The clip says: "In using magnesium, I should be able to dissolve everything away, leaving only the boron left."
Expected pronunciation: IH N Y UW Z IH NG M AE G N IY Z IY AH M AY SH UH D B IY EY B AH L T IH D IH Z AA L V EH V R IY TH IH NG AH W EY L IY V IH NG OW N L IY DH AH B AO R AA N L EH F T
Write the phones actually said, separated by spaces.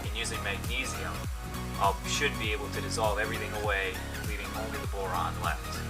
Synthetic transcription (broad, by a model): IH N Y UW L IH M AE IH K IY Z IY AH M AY SH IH D B IY EY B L T IH D IH Z AA L V EH V R IY TH IH NG AH W EY L IY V IH NG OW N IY DH AH B AO R AA N L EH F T